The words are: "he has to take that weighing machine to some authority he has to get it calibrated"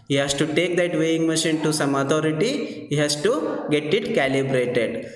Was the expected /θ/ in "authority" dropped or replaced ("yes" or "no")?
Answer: yes